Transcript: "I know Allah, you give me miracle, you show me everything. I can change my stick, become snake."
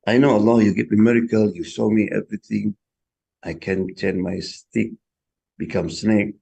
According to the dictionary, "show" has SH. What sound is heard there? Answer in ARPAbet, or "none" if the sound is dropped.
S